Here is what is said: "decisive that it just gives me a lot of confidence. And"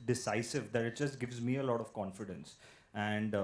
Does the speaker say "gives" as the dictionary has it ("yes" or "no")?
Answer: yes